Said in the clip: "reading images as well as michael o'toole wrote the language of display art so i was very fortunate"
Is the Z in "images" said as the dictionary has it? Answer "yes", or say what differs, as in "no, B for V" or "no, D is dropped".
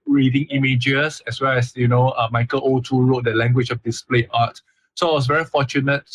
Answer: no, S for Z